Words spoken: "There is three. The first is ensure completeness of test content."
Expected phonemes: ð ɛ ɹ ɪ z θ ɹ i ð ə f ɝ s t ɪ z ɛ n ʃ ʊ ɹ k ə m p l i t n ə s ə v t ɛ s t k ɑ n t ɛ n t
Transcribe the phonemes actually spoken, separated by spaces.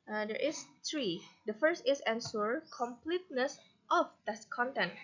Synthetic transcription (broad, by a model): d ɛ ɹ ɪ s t ɹ i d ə f ɝ s t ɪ s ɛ n s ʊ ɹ k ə m p l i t n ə s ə f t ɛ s k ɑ n t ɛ n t